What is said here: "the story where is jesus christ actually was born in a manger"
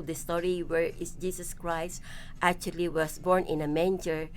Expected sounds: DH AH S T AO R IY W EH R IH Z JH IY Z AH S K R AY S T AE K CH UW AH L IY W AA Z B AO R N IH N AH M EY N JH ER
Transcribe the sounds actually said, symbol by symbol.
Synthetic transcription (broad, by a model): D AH S T AO R IY W EH R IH S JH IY S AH S K R AY S T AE K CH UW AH L IY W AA S B AO R N IH N AH M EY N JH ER